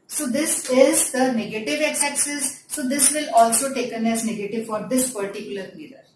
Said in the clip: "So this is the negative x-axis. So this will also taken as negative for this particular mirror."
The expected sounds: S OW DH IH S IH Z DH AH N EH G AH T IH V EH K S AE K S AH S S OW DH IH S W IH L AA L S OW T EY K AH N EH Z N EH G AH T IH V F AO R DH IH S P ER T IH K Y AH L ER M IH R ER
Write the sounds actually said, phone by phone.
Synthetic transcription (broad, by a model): S OW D IH S IH Z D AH N EH G AH T IH V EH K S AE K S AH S S OW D IH S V IH L AA L S OW T EY K AH N EH Z N EH G AH T IH V F AO R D IH S P ER T IH K Y AH L ER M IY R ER